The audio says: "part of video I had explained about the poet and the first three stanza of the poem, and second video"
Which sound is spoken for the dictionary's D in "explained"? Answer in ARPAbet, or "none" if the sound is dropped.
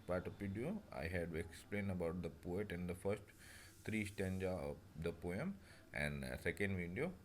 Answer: none